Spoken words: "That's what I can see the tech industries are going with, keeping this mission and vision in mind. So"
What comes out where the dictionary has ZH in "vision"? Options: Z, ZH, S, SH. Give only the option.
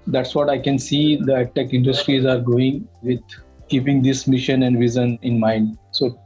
Z